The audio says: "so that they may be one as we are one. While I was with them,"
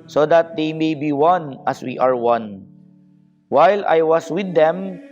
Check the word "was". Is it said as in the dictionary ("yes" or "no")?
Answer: no